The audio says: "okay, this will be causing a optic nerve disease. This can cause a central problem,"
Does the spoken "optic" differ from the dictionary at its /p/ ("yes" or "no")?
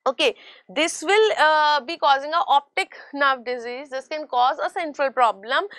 no